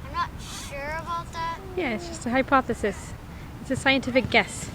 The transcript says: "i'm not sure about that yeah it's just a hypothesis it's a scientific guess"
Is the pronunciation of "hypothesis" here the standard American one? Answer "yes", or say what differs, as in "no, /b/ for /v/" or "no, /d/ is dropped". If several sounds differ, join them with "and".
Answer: yes